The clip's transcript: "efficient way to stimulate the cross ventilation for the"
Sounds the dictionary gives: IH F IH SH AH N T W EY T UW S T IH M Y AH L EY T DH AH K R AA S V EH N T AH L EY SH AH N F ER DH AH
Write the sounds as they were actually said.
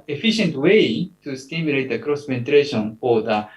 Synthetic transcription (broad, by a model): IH F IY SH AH N T W EY T UW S T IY M Y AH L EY T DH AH K R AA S P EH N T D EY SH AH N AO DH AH